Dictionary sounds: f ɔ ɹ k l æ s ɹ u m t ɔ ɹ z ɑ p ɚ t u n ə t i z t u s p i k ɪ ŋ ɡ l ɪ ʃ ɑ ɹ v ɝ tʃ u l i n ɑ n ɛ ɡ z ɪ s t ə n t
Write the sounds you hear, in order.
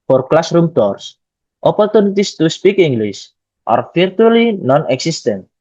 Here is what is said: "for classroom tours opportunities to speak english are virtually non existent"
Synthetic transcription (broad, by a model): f ɔ ɹ k l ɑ s ɹ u m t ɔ ɹ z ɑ p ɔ t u n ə t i s t u s p i k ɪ ŋ ɡ l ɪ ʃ ɑ ɹ f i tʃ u l i n ɑ n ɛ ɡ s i s t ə n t